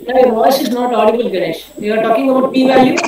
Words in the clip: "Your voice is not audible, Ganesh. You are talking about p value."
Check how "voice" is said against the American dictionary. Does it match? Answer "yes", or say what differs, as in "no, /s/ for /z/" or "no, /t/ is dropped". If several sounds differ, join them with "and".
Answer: yes